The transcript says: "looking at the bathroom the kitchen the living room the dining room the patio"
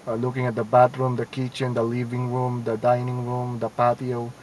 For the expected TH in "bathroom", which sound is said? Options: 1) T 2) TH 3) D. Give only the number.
1